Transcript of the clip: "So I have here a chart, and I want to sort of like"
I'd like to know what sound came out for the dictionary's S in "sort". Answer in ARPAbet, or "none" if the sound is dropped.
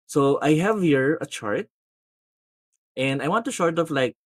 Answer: SH